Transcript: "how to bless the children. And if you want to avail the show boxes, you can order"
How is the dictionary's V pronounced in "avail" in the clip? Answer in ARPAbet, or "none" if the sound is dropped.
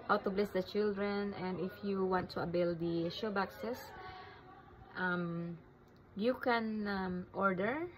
B